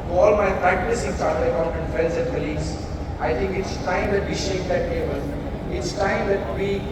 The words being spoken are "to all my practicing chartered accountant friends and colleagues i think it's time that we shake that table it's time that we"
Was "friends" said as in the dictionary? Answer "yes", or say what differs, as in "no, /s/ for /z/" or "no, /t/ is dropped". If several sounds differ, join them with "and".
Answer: no, /ɹ/ is dropped and /l/ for /n/